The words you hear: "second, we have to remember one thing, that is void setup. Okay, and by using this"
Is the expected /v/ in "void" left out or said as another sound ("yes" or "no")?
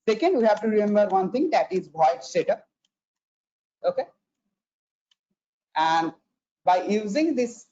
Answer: yes